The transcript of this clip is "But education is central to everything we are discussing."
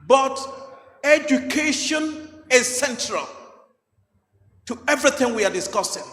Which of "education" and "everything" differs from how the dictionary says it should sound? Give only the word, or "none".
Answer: none